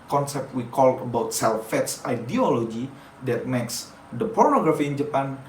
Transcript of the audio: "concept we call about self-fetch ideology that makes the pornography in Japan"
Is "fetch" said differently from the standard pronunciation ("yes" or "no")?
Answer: yes